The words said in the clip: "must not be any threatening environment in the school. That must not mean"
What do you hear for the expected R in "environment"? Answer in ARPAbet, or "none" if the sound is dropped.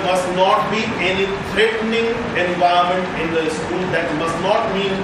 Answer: none